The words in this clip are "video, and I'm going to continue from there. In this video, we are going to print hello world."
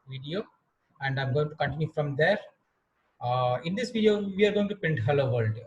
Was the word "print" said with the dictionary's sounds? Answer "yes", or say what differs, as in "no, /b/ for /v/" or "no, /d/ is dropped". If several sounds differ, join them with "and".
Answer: no, /ɹ/ is dropped